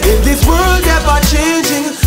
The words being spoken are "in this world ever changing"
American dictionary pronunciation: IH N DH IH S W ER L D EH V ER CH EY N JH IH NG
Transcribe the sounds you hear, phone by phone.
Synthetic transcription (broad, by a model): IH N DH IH W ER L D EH B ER CH EY N JH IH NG